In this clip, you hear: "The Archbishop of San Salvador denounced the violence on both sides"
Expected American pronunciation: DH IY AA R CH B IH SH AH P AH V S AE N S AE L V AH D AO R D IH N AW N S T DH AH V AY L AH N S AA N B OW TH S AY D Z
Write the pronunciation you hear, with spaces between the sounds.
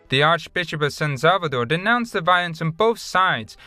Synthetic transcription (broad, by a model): DH IY AA R CH B IH SH AH P AH V S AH N S AE L V AH D AO R D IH N AW N S DH AH V AY L AH N S N B OW TH S AY D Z